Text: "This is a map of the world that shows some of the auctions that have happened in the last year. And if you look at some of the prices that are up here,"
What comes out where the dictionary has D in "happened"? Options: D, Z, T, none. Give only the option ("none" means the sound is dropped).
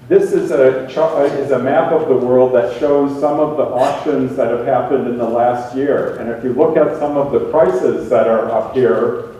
D